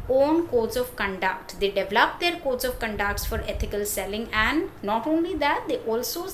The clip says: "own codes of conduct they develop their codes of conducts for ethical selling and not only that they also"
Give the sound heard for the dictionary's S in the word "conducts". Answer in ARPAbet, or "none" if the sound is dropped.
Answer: S